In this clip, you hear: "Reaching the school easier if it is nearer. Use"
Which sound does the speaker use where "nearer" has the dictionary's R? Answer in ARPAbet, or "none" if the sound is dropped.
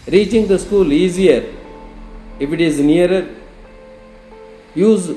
none